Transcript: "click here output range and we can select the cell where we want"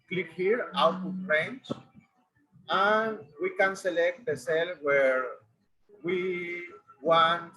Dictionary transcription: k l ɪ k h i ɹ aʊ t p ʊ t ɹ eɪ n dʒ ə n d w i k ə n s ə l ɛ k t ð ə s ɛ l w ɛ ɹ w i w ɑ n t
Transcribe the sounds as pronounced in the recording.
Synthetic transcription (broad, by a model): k l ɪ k h i ɹ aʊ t u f ɹ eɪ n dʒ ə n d w i k ə n s ə l ɛ k t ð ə s ɛ l w ɛ ɹ w i w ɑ n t